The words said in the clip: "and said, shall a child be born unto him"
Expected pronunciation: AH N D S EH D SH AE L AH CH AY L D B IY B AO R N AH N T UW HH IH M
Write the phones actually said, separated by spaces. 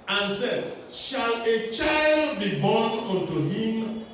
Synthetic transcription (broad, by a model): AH N S EH D SH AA L AH CH AY L D B IY B AO N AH N T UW HH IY M